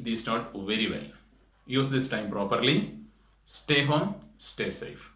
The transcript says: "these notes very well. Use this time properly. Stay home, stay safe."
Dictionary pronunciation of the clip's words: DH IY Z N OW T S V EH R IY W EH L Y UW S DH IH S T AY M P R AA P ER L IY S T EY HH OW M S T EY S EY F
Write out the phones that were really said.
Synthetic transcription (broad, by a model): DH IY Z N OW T V EH R IY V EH L Y UW S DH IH S T AY M P R AA P ER L IY S T EY HH OW M S T EY S EY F